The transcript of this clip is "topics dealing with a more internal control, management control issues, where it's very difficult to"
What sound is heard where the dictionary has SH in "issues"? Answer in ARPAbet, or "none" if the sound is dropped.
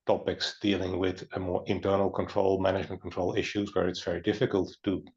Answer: SH